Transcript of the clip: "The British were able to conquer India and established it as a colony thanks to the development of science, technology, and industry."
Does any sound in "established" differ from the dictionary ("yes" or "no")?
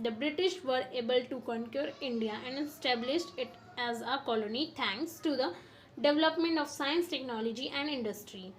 no